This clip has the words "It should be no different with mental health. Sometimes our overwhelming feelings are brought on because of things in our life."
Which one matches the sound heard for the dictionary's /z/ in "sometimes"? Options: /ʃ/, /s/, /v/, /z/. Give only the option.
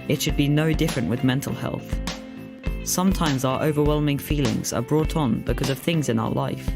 /z/